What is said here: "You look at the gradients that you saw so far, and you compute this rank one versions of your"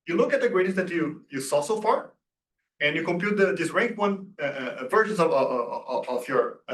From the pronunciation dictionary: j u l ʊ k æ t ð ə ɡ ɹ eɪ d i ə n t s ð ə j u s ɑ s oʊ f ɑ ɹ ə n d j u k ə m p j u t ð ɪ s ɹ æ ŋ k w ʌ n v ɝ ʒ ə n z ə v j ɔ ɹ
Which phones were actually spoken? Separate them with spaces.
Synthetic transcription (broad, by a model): j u l ʊ k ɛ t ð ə ɡ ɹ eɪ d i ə t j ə j u s ɑ s oʊ f ɑ ɹ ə n j u k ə m p j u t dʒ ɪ s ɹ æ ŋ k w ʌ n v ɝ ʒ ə n s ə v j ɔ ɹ